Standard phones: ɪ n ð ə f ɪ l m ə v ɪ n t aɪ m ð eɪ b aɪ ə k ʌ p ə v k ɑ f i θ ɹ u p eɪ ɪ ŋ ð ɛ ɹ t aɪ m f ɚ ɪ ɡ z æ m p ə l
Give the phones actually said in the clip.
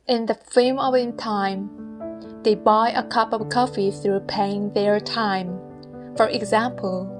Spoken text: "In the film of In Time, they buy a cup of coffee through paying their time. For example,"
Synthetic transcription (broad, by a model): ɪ n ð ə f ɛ m ə v ɪ n t aɪ m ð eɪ b aɪ ə k ʌ p ə v k ɑ f i θ ɹ u p eɪ ɪ ŋ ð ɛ ɹ t aɪ m f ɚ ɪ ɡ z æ m p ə l